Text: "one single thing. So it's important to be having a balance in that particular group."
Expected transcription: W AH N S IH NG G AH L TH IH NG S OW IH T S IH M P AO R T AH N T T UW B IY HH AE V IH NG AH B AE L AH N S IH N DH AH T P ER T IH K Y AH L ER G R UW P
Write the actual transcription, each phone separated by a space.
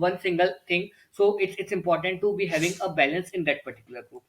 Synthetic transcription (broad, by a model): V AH N S IH NG G AH L T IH NG S OW IH T S IH M P AO R T AH N T T UW B IY HH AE V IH NG AH B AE L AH N S IH N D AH T P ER T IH K Y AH L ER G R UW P